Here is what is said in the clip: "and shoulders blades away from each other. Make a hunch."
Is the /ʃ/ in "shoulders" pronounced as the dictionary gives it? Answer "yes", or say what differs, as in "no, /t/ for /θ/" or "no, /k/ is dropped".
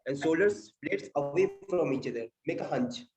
no, /s/ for /ʃ/